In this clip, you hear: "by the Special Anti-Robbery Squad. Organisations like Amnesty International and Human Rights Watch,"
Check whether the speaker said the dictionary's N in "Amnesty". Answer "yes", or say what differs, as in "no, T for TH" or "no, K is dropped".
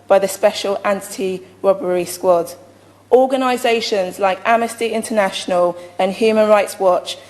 no, N is dropped